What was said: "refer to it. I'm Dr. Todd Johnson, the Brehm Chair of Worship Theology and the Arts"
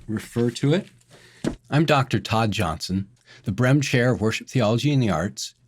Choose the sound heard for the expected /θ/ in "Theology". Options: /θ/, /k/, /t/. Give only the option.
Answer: /θ/